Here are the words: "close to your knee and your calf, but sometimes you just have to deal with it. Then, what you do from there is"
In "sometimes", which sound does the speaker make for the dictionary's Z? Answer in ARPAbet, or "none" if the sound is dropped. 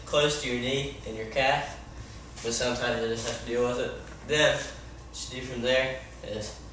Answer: Z